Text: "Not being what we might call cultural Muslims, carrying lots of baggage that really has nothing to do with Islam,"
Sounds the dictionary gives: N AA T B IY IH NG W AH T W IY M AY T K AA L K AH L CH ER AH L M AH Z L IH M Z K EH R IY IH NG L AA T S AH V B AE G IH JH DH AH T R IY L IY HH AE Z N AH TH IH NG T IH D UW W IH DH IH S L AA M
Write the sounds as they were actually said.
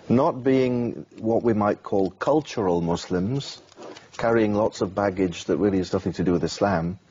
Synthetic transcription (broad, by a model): N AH T B IY IH NG W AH T W IY M AY T K AA L K AH L CH ER AH L M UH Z L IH M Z K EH R IY IH NG L AA T S AH V B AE G IH JH DH AH T R IY L IY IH Z N AH TH IH NG T IH D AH W IH DH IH S L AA M